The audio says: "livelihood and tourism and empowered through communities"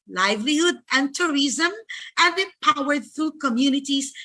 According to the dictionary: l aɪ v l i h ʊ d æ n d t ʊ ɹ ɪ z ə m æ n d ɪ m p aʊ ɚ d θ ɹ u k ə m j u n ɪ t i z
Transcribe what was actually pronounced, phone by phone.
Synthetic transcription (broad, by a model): l aɪ v l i h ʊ d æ n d t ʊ ɹ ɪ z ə m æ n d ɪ p aʊ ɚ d θ ɹ u k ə m j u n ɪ t i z